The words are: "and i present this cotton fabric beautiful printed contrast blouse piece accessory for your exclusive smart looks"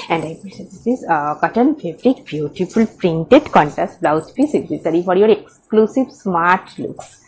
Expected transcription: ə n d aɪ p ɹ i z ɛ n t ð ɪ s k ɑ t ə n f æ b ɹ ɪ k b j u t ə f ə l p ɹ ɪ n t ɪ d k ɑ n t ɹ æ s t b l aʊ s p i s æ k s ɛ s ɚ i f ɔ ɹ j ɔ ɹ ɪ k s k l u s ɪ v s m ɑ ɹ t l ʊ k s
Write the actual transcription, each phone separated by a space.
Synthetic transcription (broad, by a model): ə n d aɪ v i s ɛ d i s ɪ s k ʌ t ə n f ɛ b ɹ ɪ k b j u t ə f ə l p ɹ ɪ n t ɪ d k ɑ n t æ s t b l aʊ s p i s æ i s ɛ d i f ɔ ɹ j ɔ ɹ ɪ k s k l u s ɪ v s m ɑ ɹ t l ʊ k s